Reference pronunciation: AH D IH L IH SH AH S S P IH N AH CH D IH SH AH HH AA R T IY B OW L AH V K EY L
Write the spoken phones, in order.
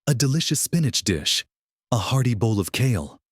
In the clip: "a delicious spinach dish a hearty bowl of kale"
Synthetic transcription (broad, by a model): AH D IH L IH SH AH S S P IH N AH CH D IH SH AH HH AA R T IY B OW L AH V K EY L